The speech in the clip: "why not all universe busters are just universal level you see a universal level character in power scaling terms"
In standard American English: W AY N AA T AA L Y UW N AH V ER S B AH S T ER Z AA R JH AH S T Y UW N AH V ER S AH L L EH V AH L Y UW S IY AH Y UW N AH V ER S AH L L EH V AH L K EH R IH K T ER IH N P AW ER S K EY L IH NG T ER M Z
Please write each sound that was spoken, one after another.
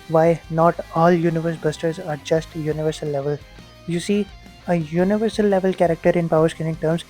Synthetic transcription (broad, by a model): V AY N AA T AA L Y UW N AH V ER S B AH S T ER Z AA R JH AH S T Y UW N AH V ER S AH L L EH V AH L Y UW S IY AH Y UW N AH V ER S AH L L EH V AH L K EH R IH K T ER IH N P AW ER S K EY N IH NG T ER M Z